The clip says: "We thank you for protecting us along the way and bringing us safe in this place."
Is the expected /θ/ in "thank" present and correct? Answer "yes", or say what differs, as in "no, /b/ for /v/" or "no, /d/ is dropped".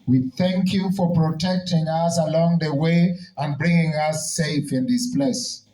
yes